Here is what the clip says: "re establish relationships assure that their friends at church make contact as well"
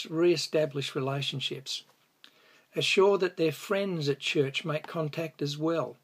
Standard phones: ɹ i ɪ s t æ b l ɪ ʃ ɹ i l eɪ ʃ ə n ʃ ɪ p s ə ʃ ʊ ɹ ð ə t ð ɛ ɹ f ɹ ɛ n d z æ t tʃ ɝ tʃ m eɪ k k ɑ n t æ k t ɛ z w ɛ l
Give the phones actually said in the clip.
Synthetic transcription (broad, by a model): ɹ i ɪ s t æ b l ɪ ʃ ɹ i l eɪ ʃ ə n ʃ ɪ p s ə ʃ ʊ ɹ ð ə t ð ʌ ɹ f ɹ ɛ n d z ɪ t tʃ ɝ tʃ m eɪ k k ɑ n t æ k t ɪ z w ɛ l